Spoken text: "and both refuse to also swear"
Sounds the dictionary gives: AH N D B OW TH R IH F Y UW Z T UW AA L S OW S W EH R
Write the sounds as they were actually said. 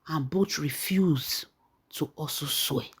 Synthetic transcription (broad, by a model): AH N B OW T R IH F Y UW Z T UW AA S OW S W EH